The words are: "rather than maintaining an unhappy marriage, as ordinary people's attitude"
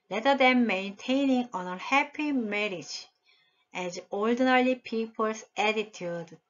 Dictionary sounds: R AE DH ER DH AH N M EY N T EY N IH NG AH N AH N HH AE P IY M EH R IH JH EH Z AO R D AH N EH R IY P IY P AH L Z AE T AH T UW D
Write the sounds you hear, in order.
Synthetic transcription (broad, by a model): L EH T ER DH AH M EY N T EY N IH NG AH N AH HH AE P IY M EH R IH JH EH Z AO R D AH N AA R IY P IY P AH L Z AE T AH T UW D